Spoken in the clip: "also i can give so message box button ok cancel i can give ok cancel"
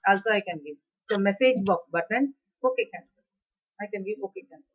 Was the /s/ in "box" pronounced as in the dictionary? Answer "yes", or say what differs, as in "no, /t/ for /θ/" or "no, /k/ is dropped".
no, /s/ is dropped